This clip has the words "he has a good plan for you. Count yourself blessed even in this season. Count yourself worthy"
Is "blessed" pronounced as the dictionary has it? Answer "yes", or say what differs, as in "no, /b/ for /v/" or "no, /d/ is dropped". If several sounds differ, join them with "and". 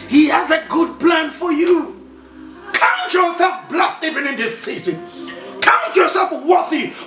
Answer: yes